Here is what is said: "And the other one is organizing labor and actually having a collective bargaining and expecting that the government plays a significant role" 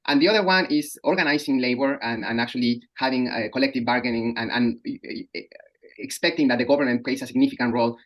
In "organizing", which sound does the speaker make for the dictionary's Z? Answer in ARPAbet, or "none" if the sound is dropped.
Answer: S